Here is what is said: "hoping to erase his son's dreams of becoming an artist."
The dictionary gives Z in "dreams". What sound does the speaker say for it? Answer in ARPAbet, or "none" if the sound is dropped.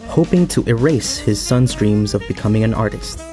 Z